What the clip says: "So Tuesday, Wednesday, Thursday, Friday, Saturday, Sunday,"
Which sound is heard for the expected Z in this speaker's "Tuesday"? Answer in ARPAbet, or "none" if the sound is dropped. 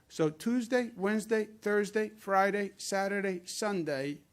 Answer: Z